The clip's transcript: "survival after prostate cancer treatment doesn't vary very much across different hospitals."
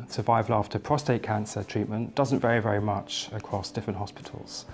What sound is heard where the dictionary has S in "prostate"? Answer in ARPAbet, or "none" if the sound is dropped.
S